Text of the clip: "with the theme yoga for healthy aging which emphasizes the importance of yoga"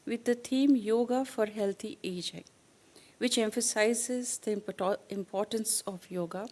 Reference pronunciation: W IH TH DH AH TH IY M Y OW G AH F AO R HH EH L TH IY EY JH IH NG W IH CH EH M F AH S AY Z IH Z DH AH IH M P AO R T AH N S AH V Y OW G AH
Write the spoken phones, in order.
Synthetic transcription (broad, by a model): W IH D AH T IY M Y OW G AH F AO R HH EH L T IY EY JH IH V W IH CH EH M F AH S AY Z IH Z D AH IH M P AO R T AH N S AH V Y OW G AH